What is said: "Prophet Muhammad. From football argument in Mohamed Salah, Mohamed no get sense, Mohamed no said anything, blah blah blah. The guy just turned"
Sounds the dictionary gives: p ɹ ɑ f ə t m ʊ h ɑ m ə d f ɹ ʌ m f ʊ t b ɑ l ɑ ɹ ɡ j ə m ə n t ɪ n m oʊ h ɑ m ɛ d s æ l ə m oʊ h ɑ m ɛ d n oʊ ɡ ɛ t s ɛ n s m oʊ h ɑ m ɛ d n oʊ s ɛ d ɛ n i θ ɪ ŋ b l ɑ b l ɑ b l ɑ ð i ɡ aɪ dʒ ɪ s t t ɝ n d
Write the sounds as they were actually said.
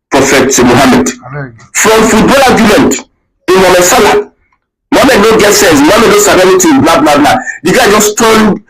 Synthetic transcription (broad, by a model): p ɹ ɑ f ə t m ʊ h ɑ m ə d f ɹ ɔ m f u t b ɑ l ɑ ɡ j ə m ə n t ɪ n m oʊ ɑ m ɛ s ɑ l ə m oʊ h ɑ m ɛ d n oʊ ɡ ɛ t s ɛ n s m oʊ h ɑ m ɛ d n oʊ s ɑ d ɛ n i t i b l ɑ b l ɑ b l ɑ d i ɡ aɪ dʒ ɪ s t t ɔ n